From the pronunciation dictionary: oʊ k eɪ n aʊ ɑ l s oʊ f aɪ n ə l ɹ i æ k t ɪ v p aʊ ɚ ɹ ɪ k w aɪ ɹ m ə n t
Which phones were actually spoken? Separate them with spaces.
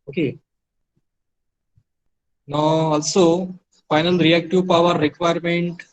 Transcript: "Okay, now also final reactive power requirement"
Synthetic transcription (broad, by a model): oʊ k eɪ n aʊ ɑ l s oʊ f aɪ n ə l ɹ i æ k t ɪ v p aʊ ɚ ɹ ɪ k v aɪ ɹ m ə n t